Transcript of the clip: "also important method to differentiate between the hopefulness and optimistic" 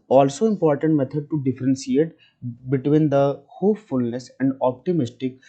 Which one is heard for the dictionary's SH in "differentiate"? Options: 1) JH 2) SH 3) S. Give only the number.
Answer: 3